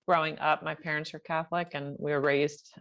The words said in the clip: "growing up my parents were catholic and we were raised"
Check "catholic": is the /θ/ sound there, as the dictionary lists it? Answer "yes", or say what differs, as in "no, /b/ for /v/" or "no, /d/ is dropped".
yes